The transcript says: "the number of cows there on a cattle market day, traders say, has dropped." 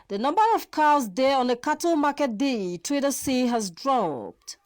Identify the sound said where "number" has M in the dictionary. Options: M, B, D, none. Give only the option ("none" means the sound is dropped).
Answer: M